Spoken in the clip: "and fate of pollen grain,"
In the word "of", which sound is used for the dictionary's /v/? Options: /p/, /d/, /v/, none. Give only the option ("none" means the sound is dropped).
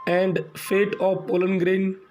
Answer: /p/